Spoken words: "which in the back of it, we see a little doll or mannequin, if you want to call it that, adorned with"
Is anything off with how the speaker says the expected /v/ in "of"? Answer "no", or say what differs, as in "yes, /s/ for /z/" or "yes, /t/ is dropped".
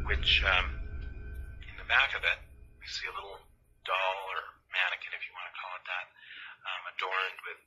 no